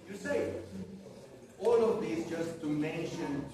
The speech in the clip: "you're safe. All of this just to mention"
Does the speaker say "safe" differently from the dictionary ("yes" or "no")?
yes